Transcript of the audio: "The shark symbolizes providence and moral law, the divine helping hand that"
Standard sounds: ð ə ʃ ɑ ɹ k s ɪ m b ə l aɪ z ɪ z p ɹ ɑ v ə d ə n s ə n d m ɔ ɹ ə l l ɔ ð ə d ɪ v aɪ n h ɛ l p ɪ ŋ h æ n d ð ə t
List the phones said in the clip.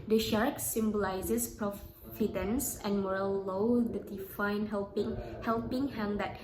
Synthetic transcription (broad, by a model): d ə ʃ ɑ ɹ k s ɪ m b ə l aɪ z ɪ s p ɹ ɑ f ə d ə n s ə n m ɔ ɹ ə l l ɔ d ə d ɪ f aɪ n h ɛ l p ɪ ŋ h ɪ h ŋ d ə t